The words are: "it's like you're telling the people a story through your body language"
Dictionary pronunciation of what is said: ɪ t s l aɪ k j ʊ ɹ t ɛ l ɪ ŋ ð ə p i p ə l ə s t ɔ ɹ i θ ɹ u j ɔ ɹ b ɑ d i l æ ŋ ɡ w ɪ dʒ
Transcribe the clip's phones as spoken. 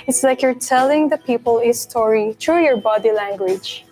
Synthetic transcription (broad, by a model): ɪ t s l aɪ k j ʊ ɹ t ɛ l ɪ ŋ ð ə p i p ə l ə s t ɔ ɹ i t ɹ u j ɔ ɹ b ɑ d i l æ ŋ ɡ w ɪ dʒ